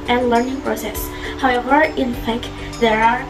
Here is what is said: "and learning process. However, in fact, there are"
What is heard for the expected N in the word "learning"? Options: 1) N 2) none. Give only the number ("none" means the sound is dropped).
1